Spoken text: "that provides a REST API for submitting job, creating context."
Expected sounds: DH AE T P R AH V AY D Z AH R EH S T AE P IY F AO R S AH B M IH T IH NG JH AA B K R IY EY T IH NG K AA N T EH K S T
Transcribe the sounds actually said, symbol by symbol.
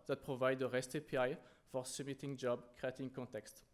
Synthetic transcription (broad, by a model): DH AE T P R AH V AY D AH R EH S T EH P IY F AO R S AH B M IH T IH NG JH AA B K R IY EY T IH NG K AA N T EH K S T